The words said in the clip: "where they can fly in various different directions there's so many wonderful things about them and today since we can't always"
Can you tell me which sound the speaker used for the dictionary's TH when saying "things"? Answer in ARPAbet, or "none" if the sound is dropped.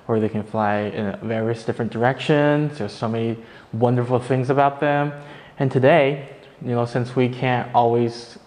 TH